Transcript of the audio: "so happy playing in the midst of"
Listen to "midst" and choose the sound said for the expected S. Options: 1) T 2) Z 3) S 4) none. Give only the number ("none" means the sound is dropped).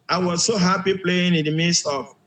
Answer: 3